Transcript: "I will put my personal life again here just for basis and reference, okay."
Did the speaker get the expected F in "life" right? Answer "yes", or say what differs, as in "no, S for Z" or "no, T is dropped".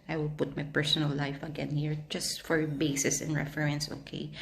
yes